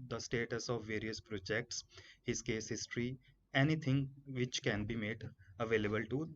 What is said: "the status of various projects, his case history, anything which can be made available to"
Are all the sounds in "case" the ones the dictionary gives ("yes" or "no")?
yes